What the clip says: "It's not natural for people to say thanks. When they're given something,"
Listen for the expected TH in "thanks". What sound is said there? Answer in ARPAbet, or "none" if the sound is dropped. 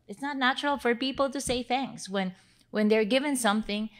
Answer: TH